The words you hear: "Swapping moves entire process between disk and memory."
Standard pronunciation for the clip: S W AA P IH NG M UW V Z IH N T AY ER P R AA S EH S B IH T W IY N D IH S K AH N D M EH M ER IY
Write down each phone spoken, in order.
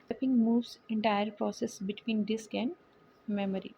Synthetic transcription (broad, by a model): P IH NG M UW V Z IH N T AY ER P R AA S EH S B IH T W IY N D IH S K AH N D M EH M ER IY